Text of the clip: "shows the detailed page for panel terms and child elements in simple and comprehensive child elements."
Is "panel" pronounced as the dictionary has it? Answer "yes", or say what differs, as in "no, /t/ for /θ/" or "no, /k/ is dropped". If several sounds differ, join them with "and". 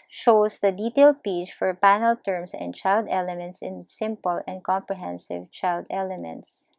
yes